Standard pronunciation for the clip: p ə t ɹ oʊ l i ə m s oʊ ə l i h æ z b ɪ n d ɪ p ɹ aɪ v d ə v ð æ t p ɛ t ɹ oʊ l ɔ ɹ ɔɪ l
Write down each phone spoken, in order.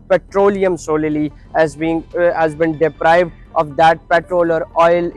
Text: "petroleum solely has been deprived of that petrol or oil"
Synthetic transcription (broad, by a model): p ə t ɹ oʊ l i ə m s oʊ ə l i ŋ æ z b ɪ n d ɪ p ɹ aɪ v d ə v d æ t p ɛ t ɹ oʊ l ɔ ɹ ɔɪ l